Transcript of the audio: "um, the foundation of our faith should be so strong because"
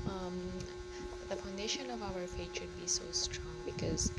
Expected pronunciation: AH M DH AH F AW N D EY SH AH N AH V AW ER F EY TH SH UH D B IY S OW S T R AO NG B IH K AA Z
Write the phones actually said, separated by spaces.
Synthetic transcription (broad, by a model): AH M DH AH F AW N D EY SH AH N AH V AW ER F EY T SH UH D B IY S OW S T R AO NG B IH K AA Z